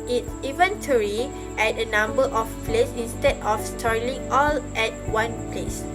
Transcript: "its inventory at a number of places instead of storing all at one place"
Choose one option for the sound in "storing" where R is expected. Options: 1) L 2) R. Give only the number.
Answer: 1